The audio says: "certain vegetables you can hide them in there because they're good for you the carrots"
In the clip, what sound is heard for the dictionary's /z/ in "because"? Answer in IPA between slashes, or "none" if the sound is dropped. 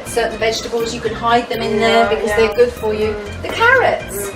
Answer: /z/